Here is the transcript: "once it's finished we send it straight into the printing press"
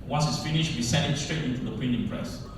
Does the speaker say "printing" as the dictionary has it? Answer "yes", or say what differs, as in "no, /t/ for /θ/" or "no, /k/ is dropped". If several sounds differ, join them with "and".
no, /ɹ/ is dropped